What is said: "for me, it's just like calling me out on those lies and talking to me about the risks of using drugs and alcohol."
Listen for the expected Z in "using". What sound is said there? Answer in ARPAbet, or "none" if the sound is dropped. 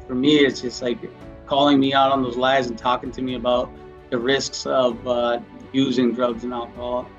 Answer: Z